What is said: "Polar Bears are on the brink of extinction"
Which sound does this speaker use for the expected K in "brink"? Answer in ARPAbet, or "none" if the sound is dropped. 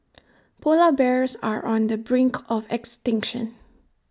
K